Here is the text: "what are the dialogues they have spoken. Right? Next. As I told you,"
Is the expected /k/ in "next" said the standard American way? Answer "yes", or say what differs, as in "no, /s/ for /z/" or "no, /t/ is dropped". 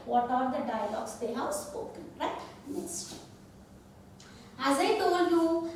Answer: no, /k/ is dropped